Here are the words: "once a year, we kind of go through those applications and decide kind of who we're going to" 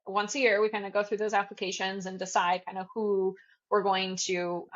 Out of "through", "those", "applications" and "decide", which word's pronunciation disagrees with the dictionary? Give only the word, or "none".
none